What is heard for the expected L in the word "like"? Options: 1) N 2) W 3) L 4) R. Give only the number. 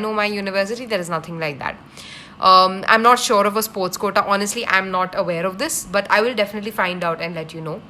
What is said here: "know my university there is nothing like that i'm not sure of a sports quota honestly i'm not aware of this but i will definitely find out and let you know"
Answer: 3